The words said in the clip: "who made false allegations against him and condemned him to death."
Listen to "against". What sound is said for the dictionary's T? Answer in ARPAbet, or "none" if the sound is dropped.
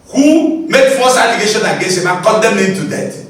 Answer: none